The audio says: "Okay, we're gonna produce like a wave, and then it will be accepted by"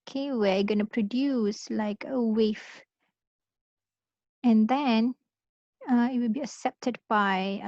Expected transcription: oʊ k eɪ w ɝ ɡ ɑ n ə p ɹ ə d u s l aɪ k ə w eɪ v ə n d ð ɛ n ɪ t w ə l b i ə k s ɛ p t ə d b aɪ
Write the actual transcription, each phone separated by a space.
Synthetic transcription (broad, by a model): k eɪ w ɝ ɡ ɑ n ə p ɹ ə d u s l aɪ k ə w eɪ f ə n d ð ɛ n ɪ t w ə l b i ə k s ɛ p t ə d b aɪ